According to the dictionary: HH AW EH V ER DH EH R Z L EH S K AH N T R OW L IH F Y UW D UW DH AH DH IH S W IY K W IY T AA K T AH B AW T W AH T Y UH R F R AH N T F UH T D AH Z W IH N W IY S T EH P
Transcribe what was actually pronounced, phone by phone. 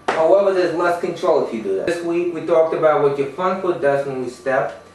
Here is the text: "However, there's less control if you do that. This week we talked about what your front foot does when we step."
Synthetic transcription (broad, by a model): HH AW EH V ER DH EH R Z L EH S K AH N T R OW L IH F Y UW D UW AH DH IH S W IY K W IY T AA K T AH B AW T W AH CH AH R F AH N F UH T D AH Z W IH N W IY S T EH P